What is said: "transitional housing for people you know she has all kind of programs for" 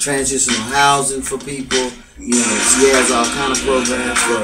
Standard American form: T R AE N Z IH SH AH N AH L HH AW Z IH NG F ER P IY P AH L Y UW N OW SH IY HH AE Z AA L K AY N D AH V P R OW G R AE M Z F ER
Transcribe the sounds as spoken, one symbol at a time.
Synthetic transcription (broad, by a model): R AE N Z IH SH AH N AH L HH AW Z IH NG F ER P IY P L Y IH N OW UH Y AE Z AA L K AY N D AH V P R OW G R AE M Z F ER